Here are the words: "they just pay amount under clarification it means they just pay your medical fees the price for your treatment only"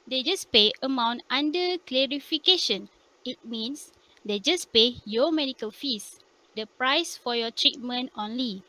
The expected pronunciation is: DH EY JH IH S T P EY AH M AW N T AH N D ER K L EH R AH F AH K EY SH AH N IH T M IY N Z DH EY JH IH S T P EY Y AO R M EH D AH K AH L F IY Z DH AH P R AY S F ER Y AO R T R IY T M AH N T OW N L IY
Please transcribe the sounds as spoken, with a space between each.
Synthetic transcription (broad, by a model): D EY JH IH S P EY AH M AW N T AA N D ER K L EH R AH F AH K EY SH AH N IH T M IY N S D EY JH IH S P EY Y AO M EH D AH K AH L F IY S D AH P R AY S F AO Y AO T R IY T M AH N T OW N L IY